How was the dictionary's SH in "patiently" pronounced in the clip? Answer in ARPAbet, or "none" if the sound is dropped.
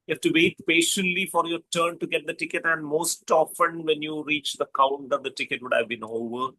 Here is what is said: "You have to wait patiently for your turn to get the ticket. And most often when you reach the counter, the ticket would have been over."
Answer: SH